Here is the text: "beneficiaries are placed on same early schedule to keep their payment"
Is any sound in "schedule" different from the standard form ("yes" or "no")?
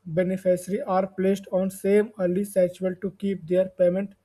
yes